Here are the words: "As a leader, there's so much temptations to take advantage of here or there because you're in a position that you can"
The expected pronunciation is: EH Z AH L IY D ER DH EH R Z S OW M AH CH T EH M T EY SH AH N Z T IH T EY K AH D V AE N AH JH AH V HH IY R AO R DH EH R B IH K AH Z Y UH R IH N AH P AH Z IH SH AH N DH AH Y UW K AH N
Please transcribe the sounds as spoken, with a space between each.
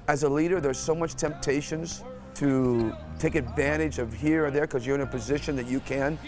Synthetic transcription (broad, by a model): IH Z AH L IY D ER DH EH R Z S OW M AH CH T EH M T EY SH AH N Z T IH T EY K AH D V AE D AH JH AH V HH IY R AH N DH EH R K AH Z Y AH R IH N AH P AH Z IH SH AH N DH AH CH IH K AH N